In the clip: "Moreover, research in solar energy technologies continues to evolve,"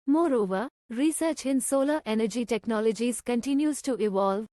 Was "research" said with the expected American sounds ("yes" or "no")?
yes